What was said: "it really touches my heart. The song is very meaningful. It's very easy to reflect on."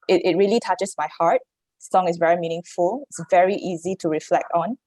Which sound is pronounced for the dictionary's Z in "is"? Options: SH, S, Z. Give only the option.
S